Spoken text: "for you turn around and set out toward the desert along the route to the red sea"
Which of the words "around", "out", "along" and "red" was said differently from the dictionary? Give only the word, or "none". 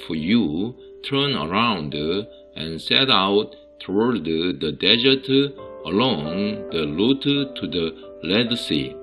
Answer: red